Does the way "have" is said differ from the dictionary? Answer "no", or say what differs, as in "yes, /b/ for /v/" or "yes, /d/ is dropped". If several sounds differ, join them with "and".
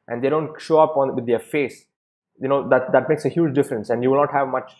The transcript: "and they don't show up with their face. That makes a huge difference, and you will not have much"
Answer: no